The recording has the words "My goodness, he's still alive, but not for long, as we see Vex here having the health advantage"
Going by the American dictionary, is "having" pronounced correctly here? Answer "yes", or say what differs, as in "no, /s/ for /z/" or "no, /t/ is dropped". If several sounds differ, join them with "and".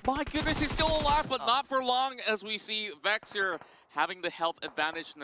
yes